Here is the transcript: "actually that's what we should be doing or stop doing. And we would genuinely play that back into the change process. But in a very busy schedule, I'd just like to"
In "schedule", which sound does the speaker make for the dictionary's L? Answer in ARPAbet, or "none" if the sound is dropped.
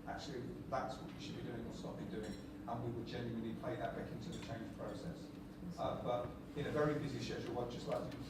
W